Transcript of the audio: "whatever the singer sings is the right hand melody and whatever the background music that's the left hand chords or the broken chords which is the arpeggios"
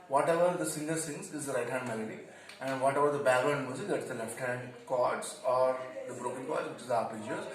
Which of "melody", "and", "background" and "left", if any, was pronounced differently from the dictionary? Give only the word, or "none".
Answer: background